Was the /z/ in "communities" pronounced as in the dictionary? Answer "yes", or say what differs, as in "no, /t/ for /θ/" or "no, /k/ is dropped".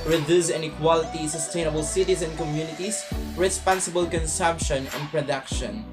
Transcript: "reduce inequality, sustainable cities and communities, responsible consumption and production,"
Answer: no, /s/ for /z/